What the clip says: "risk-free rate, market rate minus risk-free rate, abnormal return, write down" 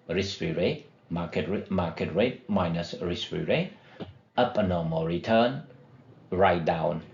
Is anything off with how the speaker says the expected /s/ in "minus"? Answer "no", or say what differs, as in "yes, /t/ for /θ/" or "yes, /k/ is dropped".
no